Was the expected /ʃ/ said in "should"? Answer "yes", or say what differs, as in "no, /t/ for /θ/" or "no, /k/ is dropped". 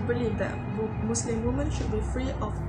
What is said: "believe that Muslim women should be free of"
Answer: yes